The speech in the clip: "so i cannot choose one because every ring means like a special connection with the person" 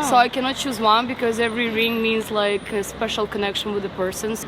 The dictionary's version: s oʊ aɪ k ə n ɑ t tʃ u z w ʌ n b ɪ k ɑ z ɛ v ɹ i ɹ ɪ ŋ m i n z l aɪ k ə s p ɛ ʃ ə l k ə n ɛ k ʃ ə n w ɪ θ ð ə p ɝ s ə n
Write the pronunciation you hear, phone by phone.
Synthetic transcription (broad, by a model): s oʊ aɪ k ə n ɑ t tʃ u z w ʌ n b ɪ k ɑ z ɛ v ɹ i ɹ ɪ ŋ m i n z l aɪ k ə s p ɛ ʃ ə l k ə n ɛ k ʃ ə n w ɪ ð ə p ɝ s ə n